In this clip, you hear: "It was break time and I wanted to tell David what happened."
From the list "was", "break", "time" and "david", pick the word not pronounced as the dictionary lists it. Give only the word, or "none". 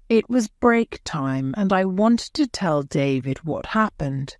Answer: none